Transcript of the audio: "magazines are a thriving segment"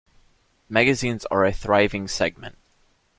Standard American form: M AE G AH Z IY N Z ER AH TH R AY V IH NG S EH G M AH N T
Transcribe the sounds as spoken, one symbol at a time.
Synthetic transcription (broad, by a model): M AE G AH Z IY N Z ER AH TH R AY V IH NG S EH G M AH N T